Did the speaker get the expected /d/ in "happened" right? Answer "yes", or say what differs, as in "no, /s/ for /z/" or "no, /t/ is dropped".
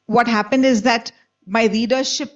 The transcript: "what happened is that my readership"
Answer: yes